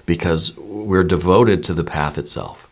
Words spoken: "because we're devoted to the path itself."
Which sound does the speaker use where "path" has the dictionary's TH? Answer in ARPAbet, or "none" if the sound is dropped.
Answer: TH